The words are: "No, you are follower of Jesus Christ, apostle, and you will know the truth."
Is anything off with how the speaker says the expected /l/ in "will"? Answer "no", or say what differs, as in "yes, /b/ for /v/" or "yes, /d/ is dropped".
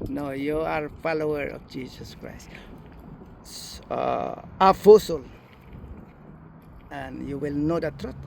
no